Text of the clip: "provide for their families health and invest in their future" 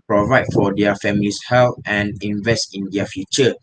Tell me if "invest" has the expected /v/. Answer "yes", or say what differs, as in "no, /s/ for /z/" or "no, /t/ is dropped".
yes